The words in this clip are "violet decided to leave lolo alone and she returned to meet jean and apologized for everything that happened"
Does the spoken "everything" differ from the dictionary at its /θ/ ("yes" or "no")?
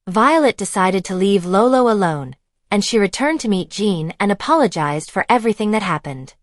no